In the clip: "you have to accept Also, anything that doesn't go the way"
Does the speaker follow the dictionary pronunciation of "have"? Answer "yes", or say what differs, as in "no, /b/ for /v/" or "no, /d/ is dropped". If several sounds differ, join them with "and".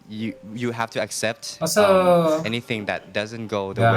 no, /f/ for /v/